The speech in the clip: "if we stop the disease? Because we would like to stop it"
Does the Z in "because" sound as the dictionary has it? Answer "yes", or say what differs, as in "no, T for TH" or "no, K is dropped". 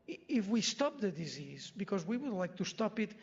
yes